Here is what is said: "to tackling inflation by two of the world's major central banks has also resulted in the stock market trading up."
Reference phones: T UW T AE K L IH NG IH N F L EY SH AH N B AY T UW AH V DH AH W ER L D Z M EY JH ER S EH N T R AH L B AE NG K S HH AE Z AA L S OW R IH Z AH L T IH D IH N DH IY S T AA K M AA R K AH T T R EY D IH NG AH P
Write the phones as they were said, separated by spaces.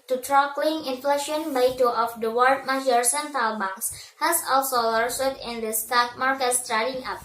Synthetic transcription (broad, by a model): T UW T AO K L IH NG IH N F L EY SH AH N B AY T UW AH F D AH W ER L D M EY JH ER S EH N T AH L B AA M S HH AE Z AA L S OW L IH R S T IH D IH N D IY S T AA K M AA R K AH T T R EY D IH NG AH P